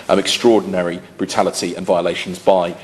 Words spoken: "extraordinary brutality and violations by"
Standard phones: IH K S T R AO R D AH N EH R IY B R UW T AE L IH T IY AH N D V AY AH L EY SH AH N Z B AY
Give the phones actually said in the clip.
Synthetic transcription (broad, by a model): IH K S T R AO D N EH R IY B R UW T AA L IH T IY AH N V AY AH L EY SH AH N Z B AY